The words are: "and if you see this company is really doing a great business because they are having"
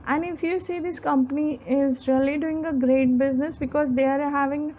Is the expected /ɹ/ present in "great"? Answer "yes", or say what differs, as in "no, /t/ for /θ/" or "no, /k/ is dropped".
yes